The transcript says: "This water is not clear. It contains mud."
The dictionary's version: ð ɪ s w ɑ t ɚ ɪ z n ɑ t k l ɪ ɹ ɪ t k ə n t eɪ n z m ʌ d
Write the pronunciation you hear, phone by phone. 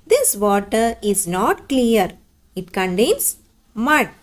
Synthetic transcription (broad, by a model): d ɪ s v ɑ t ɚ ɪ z n ɑ t k l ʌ ɹ ɪ t k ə n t eɪ n s m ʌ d